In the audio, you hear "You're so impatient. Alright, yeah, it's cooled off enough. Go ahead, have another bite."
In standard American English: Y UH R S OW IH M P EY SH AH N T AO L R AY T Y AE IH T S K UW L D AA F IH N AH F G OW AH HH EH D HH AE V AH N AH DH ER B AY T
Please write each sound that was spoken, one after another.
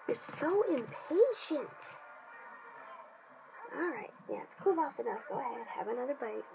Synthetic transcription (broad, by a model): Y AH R S OW IH M P EY SH AH N T AO L R AY T Y AE IH T S K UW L AA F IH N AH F G OW AH HH EH D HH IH V AH N AH DH ER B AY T